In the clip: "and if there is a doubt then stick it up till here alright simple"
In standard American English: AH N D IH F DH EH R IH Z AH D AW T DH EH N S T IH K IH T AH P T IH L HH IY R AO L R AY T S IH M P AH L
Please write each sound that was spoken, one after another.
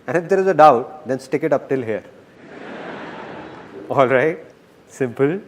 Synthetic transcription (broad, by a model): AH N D IH F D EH R IH Z AH D AW T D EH N S T IH K IH T AH P T IH L HH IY R AO L R AY T S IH M P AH L